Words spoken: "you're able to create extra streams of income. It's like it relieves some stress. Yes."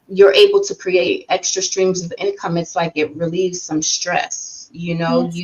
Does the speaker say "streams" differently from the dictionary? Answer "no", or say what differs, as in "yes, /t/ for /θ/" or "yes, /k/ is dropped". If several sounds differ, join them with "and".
no